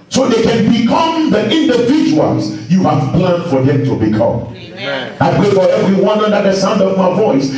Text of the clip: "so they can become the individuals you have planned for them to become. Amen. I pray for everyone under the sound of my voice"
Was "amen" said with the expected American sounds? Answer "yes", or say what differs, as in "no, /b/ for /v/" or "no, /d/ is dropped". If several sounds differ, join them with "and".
no, /m/ is dropped